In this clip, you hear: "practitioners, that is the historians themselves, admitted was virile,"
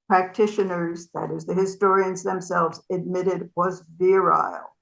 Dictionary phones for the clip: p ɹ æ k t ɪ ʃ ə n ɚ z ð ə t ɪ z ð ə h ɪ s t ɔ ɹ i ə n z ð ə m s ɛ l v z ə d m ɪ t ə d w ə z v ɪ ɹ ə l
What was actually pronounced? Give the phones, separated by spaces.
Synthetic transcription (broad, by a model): p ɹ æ k t ɪ ʃ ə n ɚ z ð ə t ɪ z ð ə h ɪ s t ɔ ɹ i ə n z ð ə m s ɛ l v z ə d m ɪ t ə d w ə z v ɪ ɹ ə l